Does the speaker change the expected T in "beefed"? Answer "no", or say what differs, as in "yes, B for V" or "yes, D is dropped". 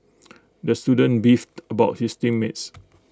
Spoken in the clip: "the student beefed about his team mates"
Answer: no